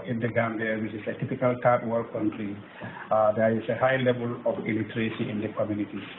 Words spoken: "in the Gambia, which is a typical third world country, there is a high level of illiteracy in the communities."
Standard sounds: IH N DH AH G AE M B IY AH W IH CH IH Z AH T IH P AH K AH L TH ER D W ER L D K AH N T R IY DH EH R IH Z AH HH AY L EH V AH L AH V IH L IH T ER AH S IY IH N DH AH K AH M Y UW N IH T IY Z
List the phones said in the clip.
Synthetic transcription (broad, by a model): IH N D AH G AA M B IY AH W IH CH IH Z AH T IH P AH K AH L T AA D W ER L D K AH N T R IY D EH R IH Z AH HH AY L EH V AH L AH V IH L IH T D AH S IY IH N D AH K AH M Y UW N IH T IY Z